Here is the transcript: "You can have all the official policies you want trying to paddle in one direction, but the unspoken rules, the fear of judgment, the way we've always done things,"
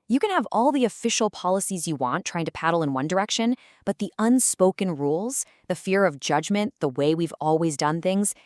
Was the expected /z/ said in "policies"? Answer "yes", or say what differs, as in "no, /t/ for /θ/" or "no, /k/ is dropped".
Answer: yes